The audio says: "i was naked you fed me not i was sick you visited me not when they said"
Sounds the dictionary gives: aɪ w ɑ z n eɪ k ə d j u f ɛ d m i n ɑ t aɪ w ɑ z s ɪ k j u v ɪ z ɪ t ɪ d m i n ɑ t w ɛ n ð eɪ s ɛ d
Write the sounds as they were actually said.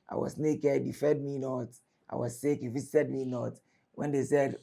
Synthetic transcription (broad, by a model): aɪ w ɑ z n eɪ k ə d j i f ɛ d m i n ɑ t aɪ w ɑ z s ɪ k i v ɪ s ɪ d m i n ɑ t w ɛ n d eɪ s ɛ d